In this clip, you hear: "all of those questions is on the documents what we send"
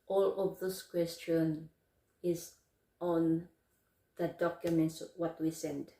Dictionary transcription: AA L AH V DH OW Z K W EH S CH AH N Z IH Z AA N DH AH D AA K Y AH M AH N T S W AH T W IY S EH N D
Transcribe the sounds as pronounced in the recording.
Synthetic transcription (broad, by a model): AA L AH V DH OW S K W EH S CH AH N IH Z AA N DH AH D AA K Y AH M AH N T S W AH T W IY S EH N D